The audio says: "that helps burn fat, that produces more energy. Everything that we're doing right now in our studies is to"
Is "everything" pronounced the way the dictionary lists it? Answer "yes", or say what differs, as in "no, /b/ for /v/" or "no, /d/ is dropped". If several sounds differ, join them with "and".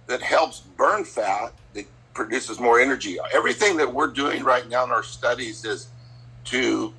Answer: yes